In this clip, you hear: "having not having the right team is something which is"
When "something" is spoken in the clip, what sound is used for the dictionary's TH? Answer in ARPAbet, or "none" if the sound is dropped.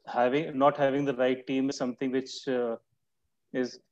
T